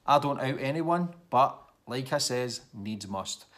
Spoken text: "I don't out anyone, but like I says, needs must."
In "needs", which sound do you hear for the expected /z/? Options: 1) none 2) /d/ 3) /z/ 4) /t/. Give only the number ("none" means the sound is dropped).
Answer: 3